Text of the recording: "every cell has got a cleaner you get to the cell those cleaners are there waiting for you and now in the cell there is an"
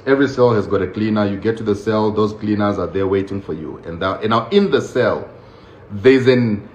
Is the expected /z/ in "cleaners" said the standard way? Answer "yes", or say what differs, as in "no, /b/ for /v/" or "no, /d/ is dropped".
yes